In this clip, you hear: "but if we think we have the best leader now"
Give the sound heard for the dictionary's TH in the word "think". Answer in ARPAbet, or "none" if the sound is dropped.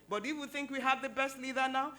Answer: TH